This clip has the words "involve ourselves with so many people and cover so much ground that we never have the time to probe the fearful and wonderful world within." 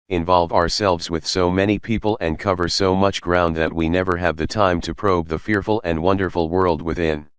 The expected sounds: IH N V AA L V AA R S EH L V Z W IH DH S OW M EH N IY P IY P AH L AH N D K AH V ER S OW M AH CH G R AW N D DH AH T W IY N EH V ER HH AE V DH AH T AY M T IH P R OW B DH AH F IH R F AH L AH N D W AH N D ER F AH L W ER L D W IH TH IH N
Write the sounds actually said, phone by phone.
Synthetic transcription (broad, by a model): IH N V AA L V AA R S EH L V Z W IH DH S OW M EH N IY P IY P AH L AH N K AH V ER S OW M AH CH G R AW N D DH AH T W IY N EH V ER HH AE V DH AH T AY M T IH P R OW B DH AH F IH R F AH L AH N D W AH N D ER F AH L W ER L D W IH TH IH N